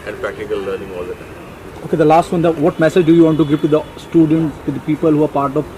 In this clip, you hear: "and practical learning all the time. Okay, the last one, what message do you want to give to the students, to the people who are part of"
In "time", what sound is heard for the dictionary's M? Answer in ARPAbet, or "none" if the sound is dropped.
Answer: none